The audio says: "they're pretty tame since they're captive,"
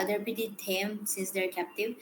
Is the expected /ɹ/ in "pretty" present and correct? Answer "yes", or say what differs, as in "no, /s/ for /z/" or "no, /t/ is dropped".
no, /ɹ/ is dropped